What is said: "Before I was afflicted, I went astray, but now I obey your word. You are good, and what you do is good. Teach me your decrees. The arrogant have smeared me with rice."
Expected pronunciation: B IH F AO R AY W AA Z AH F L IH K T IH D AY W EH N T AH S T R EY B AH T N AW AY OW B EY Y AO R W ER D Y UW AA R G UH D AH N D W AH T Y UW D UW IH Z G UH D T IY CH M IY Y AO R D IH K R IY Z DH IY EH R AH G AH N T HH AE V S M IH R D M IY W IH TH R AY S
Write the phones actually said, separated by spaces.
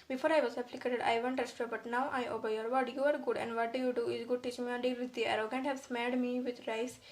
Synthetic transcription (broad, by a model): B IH F AO R AY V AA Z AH P L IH K T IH D AY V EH N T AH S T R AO B AH T N AW AY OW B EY Y AO R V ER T Y UW AA R G UH D AH N D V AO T Y UW D UW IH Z G UH D T IY CH M IY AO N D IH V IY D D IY EH R AH G AH N T HH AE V S M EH L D M IY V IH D R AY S